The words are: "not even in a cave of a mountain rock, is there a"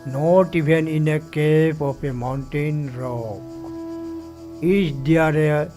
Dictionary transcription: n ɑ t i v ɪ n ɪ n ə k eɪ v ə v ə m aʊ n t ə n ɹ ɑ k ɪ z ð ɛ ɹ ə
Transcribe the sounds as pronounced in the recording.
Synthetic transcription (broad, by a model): n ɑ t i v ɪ n ɪ n ə k eɪ p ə p ə m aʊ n t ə n ɹ ɑ k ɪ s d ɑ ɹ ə